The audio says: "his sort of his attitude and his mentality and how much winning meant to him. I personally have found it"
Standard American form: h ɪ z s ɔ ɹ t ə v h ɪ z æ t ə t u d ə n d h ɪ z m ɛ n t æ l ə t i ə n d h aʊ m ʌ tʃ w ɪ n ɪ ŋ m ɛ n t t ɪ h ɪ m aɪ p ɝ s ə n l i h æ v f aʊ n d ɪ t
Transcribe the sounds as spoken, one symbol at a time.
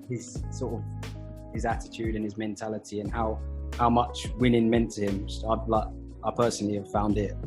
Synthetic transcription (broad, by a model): h ɪ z s ɔ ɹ t ə v h ɪ z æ t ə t u d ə n ɪ z m ɛ n t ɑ l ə t i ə n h h aʊ m ʌ tʃ w ɪ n ɪ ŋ m ɛ n t s ɪ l ɪ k aɪ p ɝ s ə n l i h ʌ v f aʊ n d ɪ t